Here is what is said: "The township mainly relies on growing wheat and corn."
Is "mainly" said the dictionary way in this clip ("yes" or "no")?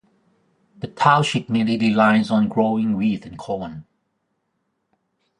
no